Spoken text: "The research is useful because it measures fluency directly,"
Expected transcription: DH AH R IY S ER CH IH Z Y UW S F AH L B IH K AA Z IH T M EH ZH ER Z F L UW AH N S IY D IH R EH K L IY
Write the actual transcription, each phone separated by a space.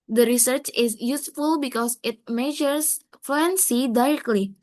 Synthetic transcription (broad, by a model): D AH R IY S ER CH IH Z Y UW S F AH L B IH K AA S IH T M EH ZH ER S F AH N S IY D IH R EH K L IY